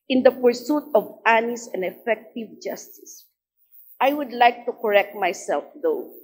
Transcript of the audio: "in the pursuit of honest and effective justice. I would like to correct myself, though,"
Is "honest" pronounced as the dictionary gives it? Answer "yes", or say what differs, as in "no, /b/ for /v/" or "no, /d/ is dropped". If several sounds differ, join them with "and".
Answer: no, /t/ is dropped